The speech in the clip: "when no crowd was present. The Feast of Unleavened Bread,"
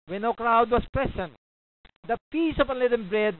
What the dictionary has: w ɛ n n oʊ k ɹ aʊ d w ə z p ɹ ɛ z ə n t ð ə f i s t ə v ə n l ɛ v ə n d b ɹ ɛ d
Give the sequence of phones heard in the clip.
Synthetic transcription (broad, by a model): w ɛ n n oʊ k ɹ aʊ d w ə s p ɹ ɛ s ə n t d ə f i s ə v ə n l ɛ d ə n b ɹ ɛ d